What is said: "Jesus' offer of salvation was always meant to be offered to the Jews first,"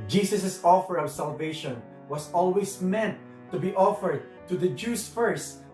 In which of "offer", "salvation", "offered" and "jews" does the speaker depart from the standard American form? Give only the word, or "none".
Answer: jews